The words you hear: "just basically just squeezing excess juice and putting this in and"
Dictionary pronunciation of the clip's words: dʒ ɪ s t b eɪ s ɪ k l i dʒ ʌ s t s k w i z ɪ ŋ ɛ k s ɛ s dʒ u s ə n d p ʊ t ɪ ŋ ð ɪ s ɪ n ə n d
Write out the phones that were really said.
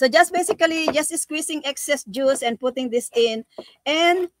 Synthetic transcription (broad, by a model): dʒ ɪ s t b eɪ s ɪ k l i dʒ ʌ s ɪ s k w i s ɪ ŋ ɛ k s ɛ s dʒ u s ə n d p ʊ t ɪ ŋ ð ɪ s ɪ n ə n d